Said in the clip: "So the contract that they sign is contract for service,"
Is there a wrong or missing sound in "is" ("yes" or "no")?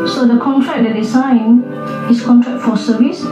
yes